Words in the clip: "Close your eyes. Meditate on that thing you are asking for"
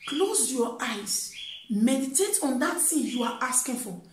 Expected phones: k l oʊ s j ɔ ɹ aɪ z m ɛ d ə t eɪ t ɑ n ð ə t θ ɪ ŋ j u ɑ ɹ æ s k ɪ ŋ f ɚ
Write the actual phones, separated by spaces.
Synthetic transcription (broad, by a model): k l oʊ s j ɔ aɪ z m ɛ d ə t eɪ t ɑ n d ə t s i j u ɑ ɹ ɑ s k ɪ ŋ f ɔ